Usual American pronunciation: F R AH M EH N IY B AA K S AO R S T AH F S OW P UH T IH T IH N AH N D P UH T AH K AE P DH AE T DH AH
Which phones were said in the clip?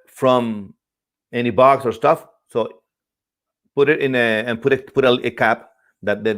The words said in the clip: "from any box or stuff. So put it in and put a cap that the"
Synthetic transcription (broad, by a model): F R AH M EH N IY B AA K S AO R S T AH F S OW P UH T IH T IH N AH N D P UH T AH K AE P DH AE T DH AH